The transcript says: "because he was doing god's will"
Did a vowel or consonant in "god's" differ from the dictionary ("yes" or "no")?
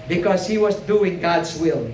no